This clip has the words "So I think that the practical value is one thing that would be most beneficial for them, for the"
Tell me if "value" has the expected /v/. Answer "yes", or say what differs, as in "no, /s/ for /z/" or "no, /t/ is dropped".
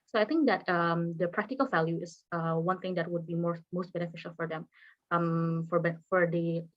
yes